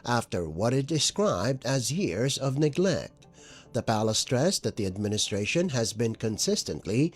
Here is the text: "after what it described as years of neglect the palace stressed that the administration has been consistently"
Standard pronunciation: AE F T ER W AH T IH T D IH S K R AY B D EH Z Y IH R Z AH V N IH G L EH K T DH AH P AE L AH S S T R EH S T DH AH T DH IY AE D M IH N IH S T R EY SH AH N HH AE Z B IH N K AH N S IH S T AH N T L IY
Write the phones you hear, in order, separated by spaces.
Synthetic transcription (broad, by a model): AE F T ER W AH T IH T D IH S K R AY B D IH Z Y IH R Z AH V N IH G L EH K T DH AH P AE L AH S S T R EH S DH AH T DH IY AE D M IH N IH S T R EY SH AH N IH Z B IH N K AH N S IH S T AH N T L IY